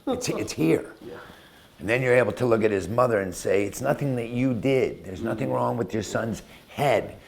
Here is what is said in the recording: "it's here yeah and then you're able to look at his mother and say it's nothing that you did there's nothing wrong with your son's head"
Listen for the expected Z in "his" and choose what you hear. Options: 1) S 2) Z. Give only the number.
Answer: 2